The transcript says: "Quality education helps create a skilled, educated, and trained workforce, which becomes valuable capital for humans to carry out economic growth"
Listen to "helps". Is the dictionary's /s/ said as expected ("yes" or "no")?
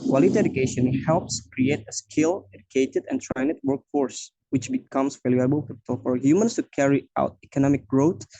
yes